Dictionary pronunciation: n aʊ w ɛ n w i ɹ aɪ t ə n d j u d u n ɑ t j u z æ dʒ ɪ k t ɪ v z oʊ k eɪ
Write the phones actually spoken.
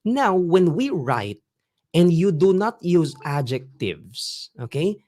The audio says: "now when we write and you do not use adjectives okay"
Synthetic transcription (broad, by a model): n aʊ w ɛ n w i ɹ aɪ t ə n d j u d u n ɑ t j u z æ dʒ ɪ k t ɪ v s oʊ k eɪ